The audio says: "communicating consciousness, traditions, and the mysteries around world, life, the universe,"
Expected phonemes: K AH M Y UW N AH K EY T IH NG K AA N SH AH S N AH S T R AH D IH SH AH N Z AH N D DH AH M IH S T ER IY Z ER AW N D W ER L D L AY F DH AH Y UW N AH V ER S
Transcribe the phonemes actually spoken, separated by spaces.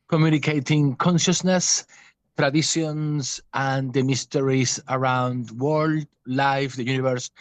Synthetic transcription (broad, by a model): K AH M Y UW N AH K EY T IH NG K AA N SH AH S N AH S T R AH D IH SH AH N S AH N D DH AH M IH S T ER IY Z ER AW N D W ER L D L AY F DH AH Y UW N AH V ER S